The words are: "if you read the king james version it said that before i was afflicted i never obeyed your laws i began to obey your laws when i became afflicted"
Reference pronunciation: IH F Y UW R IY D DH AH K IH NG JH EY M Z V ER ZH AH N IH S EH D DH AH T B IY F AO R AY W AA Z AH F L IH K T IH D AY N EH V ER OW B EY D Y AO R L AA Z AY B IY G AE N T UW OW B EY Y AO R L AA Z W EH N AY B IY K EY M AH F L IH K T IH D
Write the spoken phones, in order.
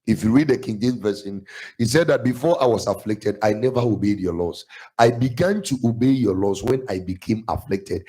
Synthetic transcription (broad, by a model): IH F Y UW R IY D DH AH K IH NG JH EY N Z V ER S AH N IH S EH D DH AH T B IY F AO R AY W AA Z AH F L IH K T IH D AY N EH V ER OW B EY D Y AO L AA S AY B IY G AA N T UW OW B EY Y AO L AA S W EH N AY B IY K EY M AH F L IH K T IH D